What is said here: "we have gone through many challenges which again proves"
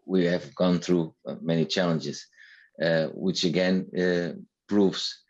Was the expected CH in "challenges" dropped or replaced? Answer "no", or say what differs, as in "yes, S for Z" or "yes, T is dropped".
no